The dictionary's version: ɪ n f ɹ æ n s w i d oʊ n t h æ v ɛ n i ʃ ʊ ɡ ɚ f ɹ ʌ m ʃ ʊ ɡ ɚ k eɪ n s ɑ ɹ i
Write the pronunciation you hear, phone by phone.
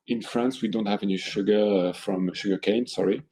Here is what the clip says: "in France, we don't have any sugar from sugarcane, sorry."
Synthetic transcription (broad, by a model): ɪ n f ɹ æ n s w i d oʊ n t h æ v ɛ n i ʃ ʊ ɡ ɚ f ɹ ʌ m ʃ ʊ ɡ ɚ k eɪ n s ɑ ɹ i